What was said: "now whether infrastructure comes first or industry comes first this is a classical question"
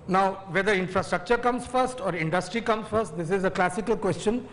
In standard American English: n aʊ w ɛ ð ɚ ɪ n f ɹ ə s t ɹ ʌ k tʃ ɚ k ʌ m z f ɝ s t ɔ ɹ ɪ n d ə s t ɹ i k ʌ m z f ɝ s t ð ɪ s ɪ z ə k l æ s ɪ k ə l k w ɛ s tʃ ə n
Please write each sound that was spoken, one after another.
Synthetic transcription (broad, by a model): n aʊ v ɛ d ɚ ɪ n f ɹ ə s t ɹ ʌ k tʃ ɚ k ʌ m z f ɝ s t ɔ ɹ ɪ n d ə s t ɹ i k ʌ m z f ɝ s t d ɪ s ɪ z ə k l æ s ɪ k ə l k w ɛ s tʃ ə n